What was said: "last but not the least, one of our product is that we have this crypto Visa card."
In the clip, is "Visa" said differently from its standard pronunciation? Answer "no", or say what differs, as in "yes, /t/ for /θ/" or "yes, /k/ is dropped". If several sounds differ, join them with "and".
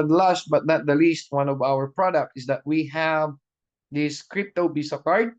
yes, /b/ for /v/ and /s/ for /z/